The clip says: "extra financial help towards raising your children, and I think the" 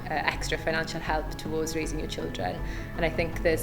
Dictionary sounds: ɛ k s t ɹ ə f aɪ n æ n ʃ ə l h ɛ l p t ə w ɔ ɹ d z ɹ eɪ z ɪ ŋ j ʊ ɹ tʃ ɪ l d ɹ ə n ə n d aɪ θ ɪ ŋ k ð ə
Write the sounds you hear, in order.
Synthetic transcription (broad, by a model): ɛ k s t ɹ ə f aɪ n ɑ n ʃ ə l h ɛ l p t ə w ɔ d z ɹ eɪ z ɪ ŋ j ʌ tʃ ɪ l d ɹ ə n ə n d aɪ θ ɪ ŋ k ð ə